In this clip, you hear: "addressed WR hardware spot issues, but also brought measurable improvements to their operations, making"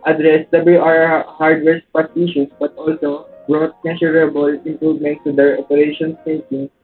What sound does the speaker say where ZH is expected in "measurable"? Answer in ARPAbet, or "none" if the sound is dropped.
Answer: S